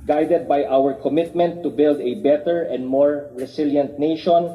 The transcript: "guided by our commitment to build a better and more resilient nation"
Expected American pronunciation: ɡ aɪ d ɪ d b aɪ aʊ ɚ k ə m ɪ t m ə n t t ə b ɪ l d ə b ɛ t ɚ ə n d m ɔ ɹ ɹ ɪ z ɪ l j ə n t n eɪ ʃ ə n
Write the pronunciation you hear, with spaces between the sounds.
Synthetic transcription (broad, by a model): ɡ aɪ d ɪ d b aɪ aʊ ɚ k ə m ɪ t m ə n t t ə b ɪ l d ə b ɛ t ɚ ə n d m ɔ ɹ ɹ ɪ s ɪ l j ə n t n eɪ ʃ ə n